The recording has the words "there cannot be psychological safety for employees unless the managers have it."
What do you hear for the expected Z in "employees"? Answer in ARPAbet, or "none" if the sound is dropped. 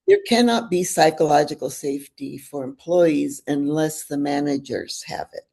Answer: Z